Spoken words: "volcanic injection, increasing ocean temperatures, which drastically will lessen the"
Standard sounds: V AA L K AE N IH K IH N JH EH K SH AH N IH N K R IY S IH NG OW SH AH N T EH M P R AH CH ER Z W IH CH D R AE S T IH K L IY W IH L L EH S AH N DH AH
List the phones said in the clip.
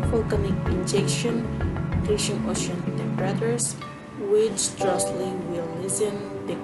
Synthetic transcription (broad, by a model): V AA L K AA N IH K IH N JH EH K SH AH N N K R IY SH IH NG OW SH AH N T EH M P R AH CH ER S W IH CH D R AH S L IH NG W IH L L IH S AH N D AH